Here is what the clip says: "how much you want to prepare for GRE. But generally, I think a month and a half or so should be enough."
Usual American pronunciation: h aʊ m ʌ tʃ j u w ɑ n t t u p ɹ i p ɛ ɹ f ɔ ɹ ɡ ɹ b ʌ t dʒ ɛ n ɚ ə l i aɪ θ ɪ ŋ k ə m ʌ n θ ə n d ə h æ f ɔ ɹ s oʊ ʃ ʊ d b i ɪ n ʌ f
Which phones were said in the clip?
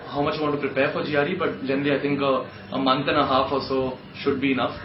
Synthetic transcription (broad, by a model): h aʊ m ʌ tʃ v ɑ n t t u p ɹ i p ɛ ɹ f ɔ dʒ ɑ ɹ b ʌ t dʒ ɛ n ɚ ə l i aɪ t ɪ ŋ k ə m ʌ n t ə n ə h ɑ f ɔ l s oʊ ʃ ʊ d b i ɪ n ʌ f